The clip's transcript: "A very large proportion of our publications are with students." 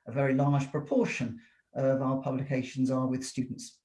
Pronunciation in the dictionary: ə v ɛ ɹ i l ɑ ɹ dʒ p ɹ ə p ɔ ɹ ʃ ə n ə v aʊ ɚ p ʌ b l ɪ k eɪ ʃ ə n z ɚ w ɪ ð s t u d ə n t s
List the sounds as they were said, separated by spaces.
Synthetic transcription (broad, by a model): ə v ɛ ɹ i l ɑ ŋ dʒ p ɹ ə p ɔ ʃ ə n ə v aʊ ɚ p ʌ b l ɪ k eɪ ʃ ə n z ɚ w ɪ ð s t u d n t s